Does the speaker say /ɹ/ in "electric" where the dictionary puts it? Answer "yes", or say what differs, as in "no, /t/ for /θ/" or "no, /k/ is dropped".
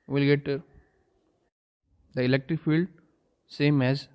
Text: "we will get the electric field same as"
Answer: yes